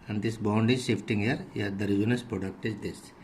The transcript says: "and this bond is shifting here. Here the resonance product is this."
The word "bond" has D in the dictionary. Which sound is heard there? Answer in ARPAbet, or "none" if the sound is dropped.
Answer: D